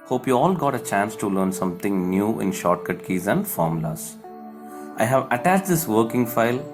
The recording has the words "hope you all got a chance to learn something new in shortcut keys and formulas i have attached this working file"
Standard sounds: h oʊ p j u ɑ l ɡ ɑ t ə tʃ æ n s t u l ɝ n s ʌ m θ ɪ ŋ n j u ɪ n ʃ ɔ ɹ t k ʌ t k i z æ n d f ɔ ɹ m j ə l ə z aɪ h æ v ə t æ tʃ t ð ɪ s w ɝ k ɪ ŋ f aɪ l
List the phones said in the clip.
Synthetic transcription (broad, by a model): h oʊ p j u ɑ l ɡ ɑ t ə tʃ æ n s t u l ɝ n s ʌ m t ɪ ŋ n j u ɪ n ʃ ɔ ɹ t k ʌ t k i z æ n d f ɔ ɹ m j l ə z aɪ h æ v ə t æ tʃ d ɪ s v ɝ k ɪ ŋ f aɪ l